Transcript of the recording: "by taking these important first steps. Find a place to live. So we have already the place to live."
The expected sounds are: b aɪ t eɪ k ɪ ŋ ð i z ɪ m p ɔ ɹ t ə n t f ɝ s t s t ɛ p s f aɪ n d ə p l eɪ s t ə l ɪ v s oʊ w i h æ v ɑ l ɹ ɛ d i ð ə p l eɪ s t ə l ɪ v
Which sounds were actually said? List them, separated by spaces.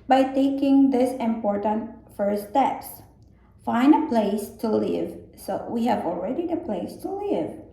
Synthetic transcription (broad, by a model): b aɪ t eɪ k ɪ ŋ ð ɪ s ɪ m p ɔ ɹ t ə n t f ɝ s s t ɛ p s f aɪ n ə p l eɪ s t ə l ɪ v s oʊ w i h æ v ɑ l ɹ ɛ d i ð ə p l eɪ s t ə l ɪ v